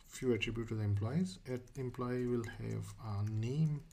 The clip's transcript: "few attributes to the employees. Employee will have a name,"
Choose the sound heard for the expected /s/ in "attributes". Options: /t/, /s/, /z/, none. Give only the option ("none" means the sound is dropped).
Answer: none